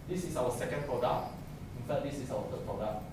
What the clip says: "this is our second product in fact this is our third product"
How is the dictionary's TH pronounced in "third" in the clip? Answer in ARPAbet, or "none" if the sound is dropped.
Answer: F